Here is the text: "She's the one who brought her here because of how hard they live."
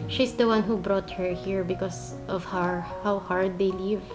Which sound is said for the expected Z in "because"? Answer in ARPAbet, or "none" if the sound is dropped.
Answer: S